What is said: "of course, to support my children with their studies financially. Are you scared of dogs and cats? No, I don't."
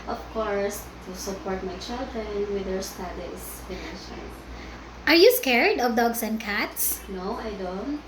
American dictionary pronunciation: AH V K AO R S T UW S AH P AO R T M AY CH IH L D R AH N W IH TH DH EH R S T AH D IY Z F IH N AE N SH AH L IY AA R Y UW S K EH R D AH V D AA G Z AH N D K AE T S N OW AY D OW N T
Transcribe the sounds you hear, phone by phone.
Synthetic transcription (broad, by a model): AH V K AO R S T UW S AH P AO R T M AY CH IH L D R AH N W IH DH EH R S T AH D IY S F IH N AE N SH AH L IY AA R Y UW S K EH R D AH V D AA G S AH N D K AE T S N OW AY D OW N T